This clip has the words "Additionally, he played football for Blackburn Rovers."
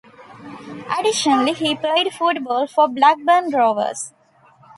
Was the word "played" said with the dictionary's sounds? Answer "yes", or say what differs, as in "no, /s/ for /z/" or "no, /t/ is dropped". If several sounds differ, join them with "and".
no, /l/ is dropped